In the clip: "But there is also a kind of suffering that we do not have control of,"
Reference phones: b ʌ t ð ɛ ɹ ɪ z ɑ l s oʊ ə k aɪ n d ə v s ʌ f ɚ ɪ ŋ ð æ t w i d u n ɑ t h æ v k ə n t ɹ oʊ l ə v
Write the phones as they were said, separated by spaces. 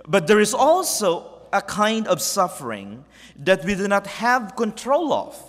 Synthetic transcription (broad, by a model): b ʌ t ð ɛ ɹ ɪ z ɑ l s oʊ ə k aɪ n d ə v s ʌ f ɚ ɪ ŋ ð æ t w i d u n ɑ t h æ v k ə n t ɹ oʊ l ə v